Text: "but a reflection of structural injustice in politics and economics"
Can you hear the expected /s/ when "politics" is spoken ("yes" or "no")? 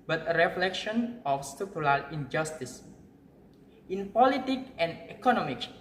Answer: no